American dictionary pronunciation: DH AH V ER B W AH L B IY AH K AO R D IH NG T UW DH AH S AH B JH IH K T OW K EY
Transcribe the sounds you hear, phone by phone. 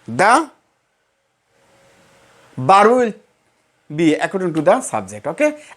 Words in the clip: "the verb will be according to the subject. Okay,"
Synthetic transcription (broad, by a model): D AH B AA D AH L B IY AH K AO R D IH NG T UW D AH S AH B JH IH K T OW K EY